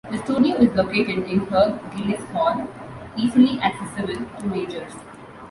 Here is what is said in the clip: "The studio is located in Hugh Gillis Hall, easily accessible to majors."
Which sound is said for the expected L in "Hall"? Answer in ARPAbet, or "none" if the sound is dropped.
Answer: N